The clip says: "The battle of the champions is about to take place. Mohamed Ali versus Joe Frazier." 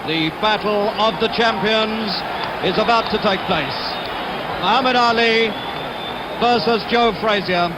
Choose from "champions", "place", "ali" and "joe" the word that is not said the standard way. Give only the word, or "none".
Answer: none